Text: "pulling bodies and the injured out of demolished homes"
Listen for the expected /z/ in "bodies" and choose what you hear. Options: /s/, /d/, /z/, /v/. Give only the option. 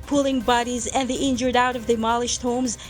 /z/